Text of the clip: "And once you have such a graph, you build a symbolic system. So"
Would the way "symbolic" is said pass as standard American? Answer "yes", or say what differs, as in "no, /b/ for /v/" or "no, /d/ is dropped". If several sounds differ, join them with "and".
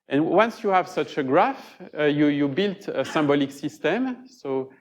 yes